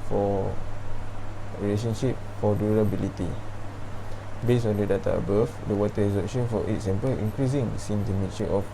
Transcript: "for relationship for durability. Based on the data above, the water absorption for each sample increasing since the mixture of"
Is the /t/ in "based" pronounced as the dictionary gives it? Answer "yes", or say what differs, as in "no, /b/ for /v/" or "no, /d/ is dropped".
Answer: no, /t/ is dropped